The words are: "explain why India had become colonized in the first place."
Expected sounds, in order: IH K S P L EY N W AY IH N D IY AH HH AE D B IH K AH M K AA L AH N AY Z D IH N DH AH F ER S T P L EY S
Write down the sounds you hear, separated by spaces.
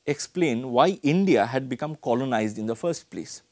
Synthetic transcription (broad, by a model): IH K S P L EY N W AY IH N D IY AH HH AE D B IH K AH M K AA L AH N AY Z D IH N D AH F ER S T P L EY S